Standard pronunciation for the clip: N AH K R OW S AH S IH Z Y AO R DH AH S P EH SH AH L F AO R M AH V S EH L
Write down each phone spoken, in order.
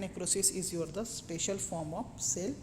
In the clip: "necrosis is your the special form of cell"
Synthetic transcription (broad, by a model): N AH K R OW S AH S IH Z Y AO R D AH S P EH SH AH L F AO R M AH P S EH L